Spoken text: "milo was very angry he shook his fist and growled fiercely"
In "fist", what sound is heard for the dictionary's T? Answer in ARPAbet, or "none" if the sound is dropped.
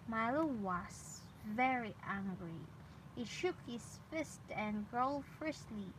T